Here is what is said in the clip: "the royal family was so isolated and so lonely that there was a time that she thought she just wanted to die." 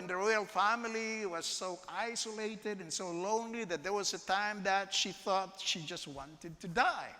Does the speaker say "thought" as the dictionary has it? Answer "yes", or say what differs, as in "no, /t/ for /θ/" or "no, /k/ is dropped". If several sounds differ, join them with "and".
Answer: yes